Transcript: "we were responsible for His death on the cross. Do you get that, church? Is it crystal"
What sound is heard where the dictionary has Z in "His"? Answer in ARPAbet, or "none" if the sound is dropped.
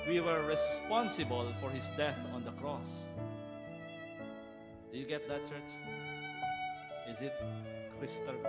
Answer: S